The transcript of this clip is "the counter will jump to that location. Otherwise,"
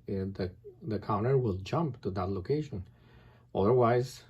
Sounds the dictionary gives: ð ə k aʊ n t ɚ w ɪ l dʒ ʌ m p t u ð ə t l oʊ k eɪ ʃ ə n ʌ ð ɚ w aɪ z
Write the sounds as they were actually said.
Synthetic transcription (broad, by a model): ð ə k aʊ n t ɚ w ɪ l dʒ ʌ m p t u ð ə t l oʊ k eɪ ʃ ə n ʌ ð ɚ w aɪ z